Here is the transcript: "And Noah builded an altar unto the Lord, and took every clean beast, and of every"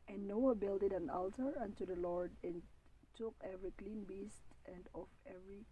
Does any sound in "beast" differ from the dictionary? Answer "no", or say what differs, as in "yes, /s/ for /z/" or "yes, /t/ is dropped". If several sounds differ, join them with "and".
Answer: no